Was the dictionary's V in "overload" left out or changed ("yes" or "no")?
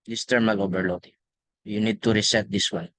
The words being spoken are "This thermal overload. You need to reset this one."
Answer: yes